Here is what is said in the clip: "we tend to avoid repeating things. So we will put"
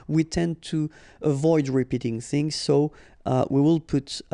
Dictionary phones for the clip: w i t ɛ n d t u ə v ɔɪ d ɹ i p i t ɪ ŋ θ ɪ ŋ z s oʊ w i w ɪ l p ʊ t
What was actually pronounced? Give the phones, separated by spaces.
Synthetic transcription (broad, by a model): w i t ɛ n t u ə v ɔɪ d ɹ i p i t ɪ ŋ θ ɪ ŋ z s oʊ w i w ɪ l p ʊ t